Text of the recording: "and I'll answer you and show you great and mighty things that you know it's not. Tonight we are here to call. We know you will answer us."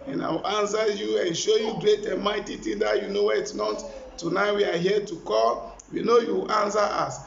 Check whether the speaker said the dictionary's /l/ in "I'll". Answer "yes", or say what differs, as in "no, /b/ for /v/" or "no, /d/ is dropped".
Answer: no, /w/ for /l/